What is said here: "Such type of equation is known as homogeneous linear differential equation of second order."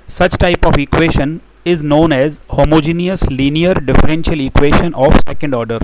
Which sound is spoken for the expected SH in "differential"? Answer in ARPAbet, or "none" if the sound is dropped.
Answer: SH